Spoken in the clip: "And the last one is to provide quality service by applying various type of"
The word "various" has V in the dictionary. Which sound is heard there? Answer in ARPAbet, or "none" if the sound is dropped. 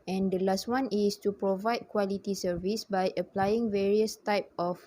V